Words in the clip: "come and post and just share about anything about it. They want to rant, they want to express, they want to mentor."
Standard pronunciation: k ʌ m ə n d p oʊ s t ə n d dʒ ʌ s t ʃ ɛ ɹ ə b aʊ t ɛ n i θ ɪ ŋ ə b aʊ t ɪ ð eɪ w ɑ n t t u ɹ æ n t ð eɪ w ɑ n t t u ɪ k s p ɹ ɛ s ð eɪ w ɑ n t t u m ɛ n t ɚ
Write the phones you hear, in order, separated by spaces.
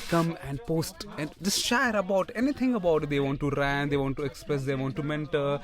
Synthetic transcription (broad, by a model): k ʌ m ə n d p oʊ s t ə n d dʒ ʌ s t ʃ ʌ ɹ ə b aʊ t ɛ n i t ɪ ŋ ə b aʊ t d eɪ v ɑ n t t u ɹ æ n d eɪ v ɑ n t t u ɪ k s p ɹ ɛ s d eɪ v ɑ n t t u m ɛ n t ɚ